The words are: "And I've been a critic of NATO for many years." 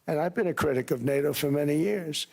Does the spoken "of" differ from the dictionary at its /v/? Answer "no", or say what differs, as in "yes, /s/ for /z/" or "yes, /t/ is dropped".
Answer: no